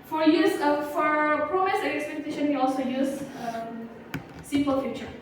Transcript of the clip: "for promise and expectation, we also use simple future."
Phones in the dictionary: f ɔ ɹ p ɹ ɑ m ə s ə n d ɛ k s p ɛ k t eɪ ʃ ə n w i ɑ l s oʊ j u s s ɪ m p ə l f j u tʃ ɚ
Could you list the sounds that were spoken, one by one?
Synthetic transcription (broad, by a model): f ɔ ɹ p ɹ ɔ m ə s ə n ɛ k s p ɛ k t eɪ ʃ ə n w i ɑ l s oʊ j u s s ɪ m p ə l f j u tʃ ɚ